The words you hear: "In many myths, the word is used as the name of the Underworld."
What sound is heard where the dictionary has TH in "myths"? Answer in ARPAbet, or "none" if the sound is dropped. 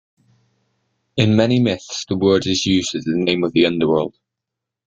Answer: TH